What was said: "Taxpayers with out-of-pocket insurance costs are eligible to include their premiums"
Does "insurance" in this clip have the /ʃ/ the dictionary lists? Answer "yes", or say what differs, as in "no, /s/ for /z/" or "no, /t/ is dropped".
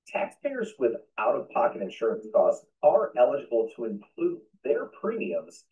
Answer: yes